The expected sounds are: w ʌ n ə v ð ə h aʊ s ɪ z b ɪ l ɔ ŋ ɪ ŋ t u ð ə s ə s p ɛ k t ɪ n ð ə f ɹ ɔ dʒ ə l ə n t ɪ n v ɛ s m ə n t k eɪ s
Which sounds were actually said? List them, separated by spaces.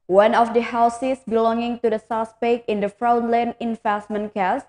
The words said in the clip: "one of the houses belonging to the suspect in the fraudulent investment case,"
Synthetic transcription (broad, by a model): w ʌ n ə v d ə h aʊ s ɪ s b ɪ l ɔ ŋ ɪ ŋ t u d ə s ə s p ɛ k ɪ n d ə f ɹ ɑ ə l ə n ɪ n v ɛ s m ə n k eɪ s